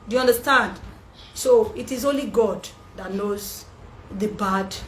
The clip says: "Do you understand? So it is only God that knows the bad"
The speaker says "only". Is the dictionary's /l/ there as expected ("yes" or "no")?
yes